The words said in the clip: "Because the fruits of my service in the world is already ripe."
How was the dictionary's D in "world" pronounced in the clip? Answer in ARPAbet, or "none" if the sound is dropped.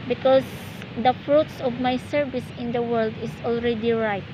D